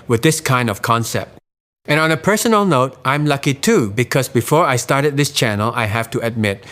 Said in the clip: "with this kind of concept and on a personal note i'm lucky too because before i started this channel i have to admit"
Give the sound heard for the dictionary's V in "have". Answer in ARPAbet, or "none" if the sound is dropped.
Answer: F